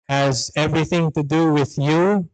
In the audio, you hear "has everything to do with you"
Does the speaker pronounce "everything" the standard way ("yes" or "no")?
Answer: yes